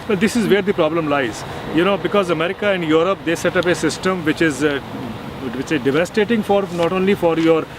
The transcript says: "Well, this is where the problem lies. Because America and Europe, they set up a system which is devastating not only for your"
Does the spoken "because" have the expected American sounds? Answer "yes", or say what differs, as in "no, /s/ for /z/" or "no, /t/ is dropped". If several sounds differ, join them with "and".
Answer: yes